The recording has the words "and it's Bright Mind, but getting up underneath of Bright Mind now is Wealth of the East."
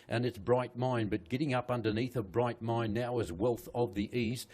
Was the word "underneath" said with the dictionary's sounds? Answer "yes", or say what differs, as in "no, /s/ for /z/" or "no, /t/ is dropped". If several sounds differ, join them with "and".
yes